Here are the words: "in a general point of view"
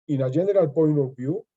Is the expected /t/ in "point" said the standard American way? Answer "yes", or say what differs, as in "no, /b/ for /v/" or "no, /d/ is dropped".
no, /t/ is dropped